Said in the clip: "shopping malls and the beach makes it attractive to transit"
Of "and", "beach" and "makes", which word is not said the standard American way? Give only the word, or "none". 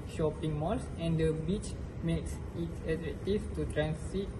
none